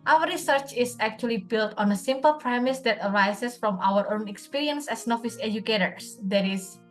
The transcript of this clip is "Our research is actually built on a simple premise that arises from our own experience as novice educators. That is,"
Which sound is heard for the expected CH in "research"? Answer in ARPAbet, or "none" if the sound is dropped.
CH